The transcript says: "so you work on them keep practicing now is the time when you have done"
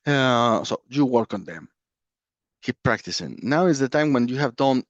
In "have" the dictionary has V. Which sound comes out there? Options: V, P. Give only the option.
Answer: V